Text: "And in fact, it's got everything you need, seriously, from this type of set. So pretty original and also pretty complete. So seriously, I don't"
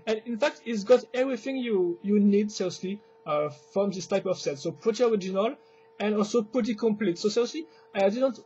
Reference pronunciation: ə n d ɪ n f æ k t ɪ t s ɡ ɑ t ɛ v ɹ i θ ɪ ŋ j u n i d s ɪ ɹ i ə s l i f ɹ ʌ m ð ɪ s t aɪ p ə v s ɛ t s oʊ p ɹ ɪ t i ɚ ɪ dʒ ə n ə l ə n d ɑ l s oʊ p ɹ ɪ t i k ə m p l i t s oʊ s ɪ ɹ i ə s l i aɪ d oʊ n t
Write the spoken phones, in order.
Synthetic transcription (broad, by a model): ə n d ɪ n f æ k t ɪ t s ɡ ɑ t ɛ v ɹ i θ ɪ ŋ j u n i d s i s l i f ɹ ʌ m ð ɪ s t aɪ p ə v s ɛ t s oʊ p u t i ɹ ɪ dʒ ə n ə l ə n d ɑ l s oʊ p u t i k ə m p l i t s oʊ s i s l i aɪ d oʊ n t